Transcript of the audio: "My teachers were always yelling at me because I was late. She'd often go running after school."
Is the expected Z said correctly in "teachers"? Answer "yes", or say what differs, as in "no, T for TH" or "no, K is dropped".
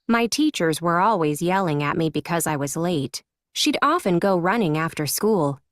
yes